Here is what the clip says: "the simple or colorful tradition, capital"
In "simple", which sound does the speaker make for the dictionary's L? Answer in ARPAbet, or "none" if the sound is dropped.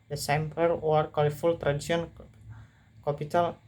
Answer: W